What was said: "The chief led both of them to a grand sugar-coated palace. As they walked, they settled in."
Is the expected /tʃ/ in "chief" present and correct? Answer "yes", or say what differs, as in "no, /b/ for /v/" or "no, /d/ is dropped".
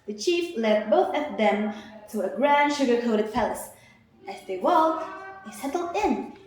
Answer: yes